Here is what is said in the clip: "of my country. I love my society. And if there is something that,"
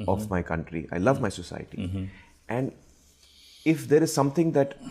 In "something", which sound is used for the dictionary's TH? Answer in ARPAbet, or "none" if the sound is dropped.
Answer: T